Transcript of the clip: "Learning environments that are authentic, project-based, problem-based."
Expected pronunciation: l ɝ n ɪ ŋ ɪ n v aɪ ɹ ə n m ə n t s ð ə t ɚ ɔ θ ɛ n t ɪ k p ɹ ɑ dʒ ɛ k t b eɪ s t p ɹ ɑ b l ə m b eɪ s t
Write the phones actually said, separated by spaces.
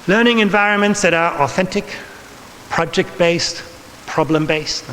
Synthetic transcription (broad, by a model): l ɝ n ɪ ŋ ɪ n v aɪ ɹ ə n m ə n t s ð ə t ɚ ɔ θ ɛ n t ɪ k p ɹ ɑ dʒ ɛ k t b eɪ s t p ɹ ɑ b l ə m b eɪ s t